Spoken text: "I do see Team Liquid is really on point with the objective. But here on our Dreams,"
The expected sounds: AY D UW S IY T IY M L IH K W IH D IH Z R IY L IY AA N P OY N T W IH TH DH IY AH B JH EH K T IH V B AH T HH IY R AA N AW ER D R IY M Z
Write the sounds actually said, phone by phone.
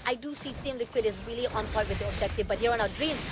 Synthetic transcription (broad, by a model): AY D UW S IY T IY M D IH K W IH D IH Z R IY L IY AA N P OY T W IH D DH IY AH B JH EH K T IH V B AH T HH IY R AA N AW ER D R IY M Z